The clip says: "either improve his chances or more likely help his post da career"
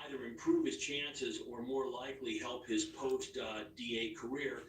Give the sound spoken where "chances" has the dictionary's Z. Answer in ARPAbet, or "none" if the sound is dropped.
Z